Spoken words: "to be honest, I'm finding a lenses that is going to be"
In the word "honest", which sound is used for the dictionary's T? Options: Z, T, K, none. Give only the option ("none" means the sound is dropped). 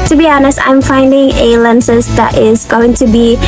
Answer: T